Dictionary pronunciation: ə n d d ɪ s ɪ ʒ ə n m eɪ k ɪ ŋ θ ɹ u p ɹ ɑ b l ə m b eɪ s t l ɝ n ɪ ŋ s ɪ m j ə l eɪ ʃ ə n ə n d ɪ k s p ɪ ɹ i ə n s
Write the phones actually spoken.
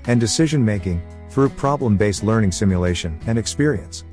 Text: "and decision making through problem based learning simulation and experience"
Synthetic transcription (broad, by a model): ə n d d ɪ s ɪ ʒ ə n m eɪ k ɪ ŋ θ ɹ u p ɹ ɑ b l ə m b eɪ s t l ɝ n ɪ ŋ s ɪ m j ə l eɪ ʃ ə n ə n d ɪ k s p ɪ ɹ i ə n s